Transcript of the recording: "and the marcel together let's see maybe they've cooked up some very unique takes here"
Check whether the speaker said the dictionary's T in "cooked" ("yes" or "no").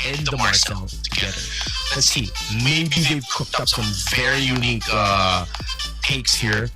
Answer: yes